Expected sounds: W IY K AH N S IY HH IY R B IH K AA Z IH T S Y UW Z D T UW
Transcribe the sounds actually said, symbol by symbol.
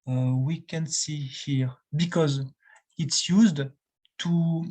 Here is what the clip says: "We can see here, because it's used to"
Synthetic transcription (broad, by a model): W IY K AH N S IY HH IY R B IH K AA Z IH T S Y UW Z D T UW